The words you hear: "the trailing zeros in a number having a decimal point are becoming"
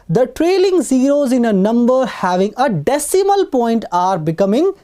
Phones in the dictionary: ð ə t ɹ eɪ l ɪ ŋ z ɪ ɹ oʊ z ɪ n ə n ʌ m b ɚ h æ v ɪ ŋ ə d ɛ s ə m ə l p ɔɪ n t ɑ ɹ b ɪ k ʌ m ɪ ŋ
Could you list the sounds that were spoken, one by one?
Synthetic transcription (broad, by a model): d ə t ɹ eɪ l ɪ ŋ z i ɹ oʊ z ɪ n ə n ʌ m b ɚ h æ v ɪ ŋ ə d ɛ s ə m ə l p ɔɪ n t ɑ ɹ b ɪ k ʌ m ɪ ŋ